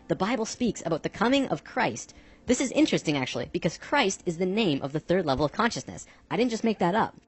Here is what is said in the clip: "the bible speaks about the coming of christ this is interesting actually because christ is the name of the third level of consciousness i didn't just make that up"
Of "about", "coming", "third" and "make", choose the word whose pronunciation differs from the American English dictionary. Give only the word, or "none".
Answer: none